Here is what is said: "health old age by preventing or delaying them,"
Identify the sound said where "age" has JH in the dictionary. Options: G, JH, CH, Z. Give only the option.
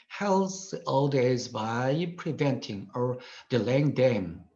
Z